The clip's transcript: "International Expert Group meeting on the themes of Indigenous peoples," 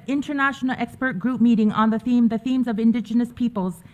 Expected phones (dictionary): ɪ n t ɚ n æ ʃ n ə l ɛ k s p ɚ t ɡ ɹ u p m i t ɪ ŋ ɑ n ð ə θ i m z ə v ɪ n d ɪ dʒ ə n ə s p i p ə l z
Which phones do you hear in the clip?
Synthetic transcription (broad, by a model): ɪ n t ɚ n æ ʃ n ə l ɛ k s p ɚ t ɡ ɹ u p m i t ɪ ŋ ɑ n ð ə θ i m z ə v ɪ n d ɪ dʒ ə n ə s p i p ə l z